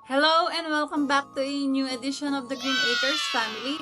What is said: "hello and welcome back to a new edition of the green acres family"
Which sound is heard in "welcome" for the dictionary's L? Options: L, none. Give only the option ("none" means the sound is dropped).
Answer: L